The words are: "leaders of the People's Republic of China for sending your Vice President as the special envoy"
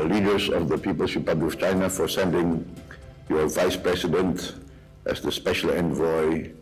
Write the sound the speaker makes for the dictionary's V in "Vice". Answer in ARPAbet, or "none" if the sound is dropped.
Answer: V